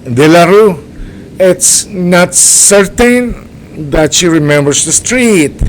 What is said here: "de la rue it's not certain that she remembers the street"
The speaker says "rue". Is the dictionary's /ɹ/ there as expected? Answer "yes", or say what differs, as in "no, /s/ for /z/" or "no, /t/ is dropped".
yes